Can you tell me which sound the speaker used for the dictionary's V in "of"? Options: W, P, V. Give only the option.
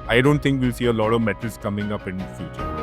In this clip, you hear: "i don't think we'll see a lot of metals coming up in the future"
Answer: V